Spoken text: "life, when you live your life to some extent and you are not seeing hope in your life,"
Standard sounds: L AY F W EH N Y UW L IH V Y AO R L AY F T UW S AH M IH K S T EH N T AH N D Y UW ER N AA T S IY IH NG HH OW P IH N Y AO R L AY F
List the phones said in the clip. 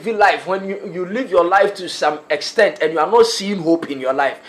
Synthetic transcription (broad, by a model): L AY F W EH N Y UW L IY V Y AO L AY F T UW S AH M IH K S T EH N T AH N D Y UW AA N AA T S IY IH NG HH OW P IH N Y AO L AY F